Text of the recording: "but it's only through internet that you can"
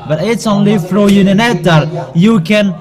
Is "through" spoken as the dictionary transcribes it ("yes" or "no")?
no